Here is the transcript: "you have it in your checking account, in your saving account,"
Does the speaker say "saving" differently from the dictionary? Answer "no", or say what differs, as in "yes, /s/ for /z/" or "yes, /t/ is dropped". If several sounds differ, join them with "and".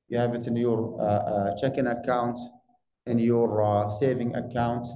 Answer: no